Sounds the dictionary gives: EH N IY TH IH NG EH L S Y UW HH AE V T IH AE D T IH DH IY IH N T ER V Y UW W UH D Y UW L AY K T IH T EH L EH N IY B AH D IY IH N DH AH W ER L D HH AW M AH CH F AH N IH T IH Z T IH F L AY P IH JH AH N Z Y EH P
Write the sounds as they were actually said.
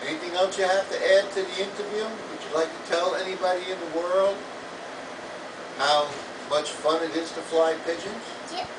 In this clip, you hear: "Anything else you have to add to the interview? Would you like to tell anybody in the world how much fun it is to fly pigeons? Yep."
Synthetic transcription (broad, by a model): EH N IY TH IH NG EH L S Y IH HH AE F T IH AE D T IH DH IY IH N T ER V Y UW W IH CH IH L AY K T IH T EH L EH N IY B AH D IY IH N DH AH W ER L D HH AW M AH CH F AH N IH T IH Z T IH F L AY P IH JH AH N Z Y